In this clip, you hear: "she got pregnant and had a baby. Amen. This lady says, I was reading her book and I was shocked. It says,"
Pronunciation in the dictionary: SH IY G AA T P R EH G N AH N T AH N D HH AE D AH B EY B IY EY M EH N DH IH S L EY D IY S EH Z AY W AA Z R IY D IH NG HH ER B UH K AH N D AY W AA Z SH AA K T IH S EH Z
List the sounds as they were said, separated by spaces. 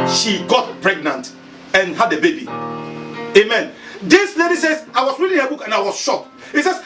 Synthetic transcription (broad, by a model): SH IY G AA T P R EH G N AH N T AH N HH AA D AH B EY B IY EY M EH N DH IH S L EY D IY S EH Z AY W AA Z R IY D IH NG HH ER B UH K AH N AY W AA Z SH AA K IH S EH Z